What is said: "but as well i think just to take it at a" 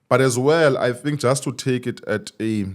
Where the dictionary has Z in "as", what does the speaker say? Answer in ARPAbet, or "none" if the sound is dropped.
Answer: Z